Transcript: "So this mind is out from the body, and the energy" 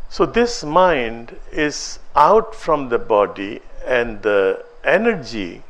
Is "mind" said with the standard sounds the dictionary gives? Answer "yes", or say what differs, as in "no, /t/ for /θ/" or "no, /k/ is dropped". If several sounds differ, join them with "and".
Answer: yes